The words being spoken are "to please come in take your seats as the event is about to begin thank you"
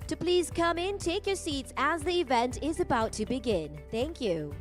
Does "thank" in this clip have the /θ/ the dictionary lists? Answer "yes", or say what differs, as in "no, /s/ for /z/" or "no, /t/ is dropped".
yes